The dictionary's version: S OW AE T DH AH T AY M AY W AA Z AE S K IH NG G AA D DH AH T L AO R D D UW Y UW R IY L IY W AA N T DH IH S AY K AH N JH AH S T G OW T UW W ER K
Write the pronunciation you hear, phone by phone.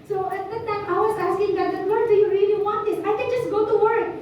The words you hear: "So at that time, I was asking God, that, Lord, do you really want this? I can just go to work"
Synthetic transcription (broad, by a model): S OW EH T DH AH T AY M AY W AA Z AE S K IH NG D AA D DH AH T W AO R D D UW Y UW R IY L IY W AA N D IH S AY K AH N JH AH S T G OW T UW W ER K